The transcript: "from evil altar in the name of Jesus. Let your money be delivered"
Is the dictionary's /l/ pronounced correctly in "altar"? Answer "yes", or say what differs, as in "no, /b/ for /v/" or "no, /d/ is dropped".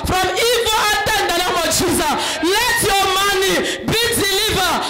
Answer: no, /l/ is dropped